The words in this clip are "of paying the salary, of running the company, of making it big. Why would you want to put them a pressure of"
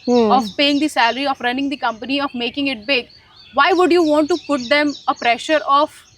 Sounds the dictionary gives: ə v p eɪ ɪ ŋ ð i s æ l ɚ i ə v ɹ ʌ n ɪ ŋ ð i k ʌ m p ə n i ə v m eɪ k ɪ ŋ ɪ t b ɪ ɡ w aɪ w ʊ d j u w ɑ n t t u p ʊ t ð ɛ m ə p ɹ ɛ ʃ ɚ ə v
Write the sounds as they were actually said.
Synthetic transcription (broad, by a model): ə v p eɪ ɪ ŋ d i s æ l ɚ i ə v ɹ ʌ n ɪ ŋ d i k ʌ m p ə n i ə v m eɪ k ɪ ŋ ɪ t b ɪ ɡ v aɪ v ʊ d j u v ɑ n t t u p ʊ t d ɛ m ə p ɹ ɛ ʃ ɚ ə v